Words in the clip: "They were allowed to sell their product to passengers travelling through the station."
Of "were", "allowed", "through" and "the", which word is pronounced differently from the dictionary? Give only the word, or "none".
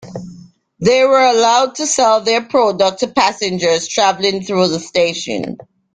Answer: none